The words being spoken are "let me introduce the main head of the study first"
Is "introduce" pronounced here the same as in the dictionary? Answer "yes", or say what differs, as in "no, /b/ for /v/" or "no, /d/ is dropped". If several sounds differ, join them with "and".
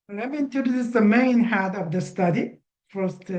no, /ɹ/ is dropped